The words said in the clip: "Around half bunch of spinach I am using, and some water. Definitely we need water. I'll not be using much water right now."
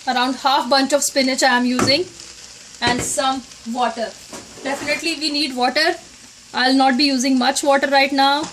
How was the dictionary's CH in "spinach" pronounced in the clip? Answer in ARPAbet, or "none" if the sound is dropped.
CH